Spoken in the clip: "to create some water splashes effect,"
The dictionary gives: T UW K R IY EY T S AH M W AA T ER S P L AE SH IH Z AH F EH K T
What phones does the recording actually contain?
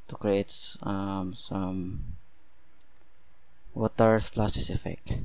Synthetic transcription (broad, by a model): T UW K R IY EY T S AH M W AA T ER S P L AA S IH S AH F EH K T